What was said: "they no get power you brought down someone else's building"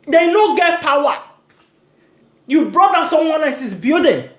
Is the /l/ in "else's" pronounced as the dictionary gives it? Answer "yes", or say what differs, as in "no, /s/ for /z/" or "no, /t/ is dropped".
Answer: no, /l/ is dropped